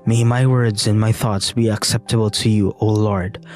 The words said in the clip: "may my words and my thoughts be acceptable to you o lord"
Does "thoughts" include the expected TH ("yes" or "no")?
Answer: yes